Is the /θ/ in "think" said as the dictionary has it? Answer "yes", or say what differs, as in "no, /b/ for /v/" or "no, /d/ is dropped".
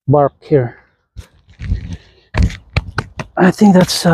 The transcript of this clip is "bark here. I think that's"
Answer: yes